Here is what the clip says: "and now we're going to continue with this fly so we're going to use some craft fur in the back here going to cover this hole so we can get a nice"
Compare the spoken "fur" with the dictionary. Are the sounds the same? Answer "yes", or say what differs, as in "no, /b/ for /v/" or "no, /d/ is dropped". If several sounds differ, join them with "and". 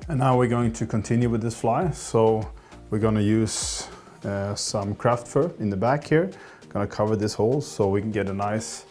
yes